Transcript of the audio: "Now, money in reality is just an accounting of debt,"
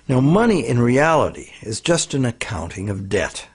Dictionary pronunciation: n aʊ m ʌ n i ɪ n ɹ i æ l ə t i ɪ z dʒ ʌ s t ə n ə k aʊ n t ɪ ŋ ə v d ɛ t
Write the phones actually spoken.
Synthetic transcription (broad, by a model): n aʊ m ʌ n i ɪ n ɹ i æ l ə t i ɪ z dʒ ʌ s t ə n ə k aʊ n t ɪ ŋ ə v d ɛ t